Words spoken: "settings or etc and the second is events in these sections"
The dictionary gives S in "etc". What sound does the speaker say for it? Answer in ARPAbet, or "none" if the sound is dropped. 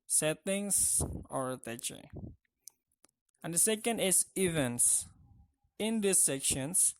none